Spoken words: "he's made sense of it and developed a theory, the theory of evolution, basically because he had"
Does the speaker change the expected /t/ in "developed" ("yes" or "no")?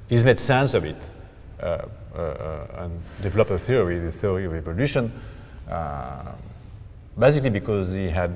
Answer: yes